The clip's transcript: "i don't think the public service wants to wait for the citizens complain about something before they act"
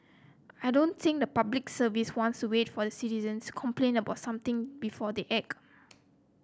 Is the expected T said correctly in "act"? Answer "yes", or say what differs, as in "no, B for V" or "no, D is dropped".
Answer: no, T is dropped